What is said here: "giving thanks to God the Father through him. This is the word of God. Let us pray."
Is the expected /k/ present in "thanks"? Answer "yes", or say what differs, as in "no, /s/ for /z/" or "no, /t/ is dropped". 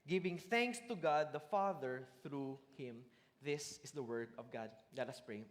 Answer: yes